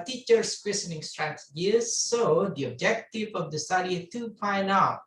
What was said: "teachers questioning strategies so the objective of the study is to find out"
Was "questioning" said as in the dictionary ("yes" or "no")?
no